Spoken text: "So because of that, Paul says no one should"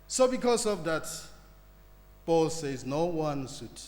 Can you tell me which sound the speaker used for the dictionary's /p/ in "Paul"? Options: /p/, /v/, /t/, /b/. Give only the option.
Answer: /b/